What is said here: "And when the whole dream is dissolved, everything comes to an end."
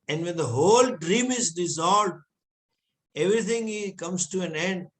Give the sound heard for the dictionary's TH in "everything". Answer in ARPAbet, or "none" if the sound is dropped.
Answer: T